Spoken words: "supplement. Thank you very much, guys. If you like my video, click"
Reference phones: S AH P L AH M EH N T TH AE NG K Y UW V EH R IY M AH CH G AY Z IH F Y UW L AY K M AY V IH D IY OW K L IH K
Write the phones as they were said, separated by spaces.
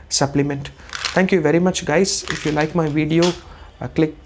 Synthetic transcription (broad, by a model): S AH P L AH M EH N T T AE NG K Y UW V EH R IY M AH CH G AY Z IH F Y UW L AY K M AY V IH D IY OW K L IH K